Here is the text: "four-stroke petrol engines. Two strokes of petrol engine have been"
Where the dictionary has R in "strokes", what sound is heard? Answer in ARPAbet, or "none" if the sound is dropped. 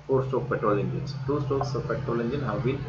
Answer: none